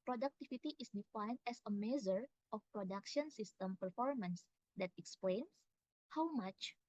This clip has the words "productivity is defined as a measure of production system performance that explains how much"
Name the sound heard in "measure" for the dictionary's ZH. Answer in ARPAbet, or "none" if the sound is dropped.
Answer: Z